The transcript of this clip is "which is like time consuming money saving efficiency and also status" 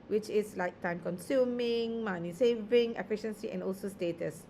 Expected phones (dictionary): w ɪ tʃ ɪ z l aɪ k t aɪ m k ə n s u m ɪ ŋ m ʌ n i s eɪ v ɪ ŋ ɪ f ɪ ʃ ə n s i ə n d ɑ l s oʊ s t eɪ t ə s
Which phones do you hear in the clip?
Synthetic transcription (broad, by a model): w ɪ tʃ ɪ s l aɪ k t aɪ m k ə n s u m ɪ ŋ m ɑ n i s eɪ v ɪ ŋ ɪ f ɪ ʃ ə n s i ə n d ɑ l s oʊ s t eɪ t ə s